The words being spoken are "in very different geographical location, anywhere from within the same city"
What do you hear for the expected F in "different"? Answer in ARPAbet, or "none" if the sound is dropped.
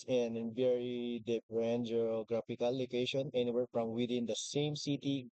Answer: P